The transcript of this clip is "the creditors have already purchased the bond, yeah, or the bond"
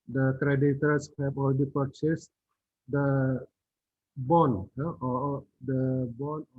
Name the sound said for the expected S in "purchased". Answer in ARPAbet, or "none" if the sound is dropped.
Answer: S